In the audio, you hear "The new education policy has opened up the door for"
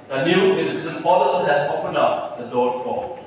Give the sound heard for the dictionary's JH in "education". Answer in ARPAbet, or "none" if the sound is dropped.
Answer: Z